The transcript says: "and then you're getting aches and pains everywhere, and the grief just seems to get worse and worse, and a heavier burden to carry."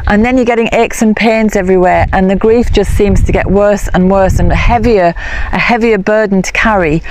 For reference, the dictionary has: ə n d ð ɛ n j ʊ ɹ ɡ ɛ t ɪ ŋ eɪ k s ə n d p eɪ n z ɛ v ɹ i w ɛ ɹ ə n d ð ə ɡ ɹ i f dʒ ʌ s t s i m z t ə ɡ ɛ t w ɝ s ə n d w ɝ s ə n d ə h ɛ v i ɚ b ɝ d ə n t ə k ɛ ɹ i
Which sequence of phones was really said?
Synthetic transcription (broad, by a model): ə n ð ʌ n j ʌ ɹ ɡ ɛ t ɪ ŋ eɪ k s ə n p eɪ n z ɛ v ɹ i w ɛ ɹ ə n ð ə ɡ ɹ i f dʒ ʌ s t s i m z t ə ɡ ɛ t w ɝ s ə n w ɝ s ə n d ə h ɛ v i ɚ b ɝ d n t ə k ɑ ɹ i